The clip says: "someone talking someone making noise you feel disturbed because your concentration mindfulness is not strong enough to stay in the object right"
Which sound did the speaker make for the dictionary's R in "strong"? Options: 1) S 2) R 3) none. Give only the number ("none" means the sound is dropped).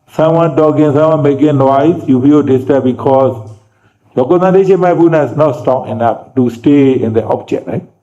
3